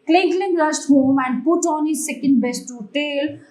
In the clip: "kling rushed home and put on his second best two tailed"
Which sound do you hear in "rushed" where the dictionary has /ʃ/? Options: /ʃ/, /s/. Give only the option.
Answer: /s/